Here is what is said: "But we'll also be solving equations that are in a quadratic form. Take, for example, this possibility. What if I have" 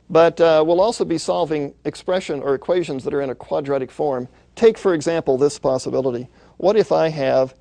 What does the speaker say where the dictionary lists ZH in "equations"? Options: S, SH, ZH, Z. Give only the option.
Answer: ZH